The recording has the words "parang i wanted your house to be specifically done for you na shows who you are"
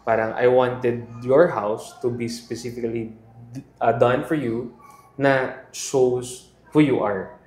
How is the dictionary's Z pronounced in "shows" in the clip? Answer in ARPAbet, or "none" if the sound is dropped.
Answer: S